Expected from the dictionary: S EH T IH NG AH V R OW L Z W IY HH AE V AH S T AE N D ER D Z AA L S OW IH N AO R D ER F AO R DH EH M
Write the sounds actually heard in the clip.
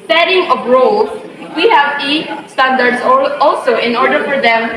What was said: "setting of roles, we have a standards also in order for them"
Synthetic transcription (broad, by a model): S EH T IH NG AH B R OW W IY HH AE V AH S T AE N D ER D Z AA L S OW IH N AO R D ER F AO R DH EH M